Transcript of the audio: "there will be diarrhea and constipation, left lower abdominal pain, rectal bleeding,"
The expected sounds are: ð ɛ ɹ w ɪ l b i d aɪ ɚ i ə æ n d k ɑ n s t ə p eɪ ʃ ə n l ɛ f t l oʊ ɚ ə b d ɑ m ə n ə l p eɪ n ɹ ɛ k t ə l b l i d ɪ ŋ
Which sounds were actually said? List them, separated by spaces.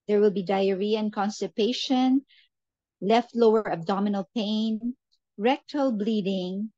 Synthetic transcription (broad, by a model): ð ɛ ɹ w ɪ l b i d aɪ ɚ i ə n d k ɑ n s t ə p eɪ ʃ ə n l ɛ f t l oʊ ɚ ə b d ɑ m ə n ə l p eɪ n ɹ ɛ k t ə l b l i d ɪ ŋ